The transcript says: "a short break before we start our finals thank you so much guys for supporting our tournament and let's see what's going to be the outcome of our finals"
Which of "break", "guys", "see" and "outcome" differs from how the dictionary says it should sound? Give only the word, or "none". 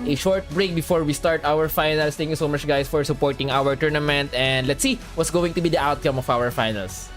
guys